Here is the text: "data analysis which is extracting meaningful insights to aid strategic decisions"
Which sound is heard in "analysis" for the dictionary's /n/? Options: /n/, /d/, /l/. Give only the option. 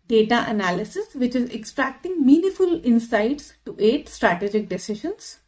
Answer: /n/